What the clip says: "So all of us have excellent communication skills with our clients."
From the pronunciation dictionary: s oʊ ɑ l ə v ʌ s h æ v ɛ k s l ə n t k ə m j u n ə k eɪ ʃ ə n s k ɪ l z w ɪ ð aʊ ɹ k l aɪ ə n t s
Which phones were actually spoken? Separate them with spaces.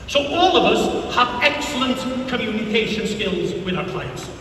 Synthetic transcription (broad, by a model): s oʊ ɑ l ə v ʌ s h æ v ɛ k s l ə n t k ə m j u n ə k eɪ ʃ ə n s k ɪ l z w ɪ ð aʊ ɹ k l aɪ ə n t s